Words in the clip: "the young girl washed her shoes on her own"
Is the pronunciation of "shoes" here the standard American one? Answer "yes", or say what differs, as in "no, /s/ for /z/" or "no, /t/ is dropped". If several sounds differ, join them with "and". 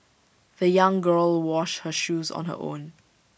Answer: yes